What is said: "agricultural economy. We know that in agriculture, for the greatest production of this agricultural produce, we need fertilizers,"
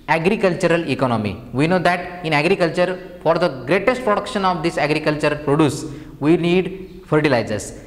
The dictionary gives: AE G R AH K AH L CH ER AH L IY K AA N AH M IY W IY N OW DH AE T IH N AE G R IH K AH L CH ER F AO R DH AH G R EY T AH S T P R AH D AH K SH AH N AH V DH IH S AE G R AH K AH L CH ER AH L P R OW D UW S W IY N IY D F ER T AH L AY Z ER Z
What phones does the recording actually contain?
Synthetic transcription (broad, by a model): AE G R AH K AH L CH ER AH L IY K AA N AH M IY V IY N OW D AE T IH N AE G R IH K AH L CH ER F AO R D AH G R EY T AH S T P R AH D AH K SH AH N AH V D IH S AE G R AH K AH L CH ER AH L P R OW D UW S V IY N IY D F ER T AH L AY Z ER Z